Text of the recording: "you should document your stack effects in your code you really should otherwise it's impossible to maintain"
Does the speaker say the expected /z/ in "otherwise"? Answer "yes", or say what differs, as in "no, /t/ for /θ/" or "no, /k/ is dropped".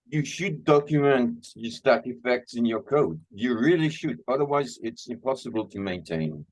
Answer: yes